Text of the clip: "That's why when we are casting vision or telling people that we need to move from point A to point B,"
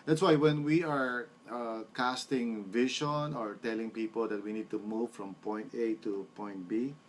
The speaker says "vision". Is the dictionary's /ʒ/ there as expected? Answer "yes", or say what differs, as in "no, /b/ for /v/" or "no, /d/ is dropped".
no, /ʃ/ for /ʒ/